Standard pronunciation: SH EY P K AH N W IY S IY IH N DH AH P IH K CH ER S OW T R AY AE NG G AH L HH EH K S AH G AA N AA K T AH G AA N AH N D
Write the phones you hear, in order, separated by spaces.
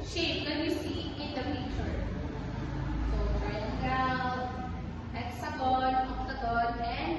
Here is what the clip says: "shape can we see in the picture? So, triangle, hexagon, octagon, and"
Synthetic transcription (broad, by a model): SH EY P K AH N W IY S IY IH N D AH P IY CH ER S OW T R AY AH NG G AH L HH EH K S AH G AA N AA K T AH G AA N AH N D